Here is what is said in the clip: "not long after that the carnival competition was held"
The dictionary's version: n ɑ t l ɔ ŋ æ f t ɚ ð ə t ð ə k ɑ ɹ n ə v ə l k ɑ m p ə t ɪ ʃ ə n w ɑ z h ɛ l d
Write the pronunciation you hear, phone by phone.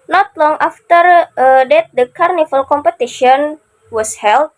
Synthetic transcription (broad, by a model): n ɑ t l ɔ ŋ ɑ f t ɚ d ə t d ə k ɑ ɹ n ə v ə l k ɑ m p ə t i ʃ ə n w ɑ s h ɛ l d